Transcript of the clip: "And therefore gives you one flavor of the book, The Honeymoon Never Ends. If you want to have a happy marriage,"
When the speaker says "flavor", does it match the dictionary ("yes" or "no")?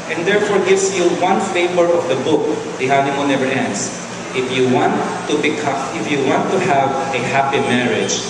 no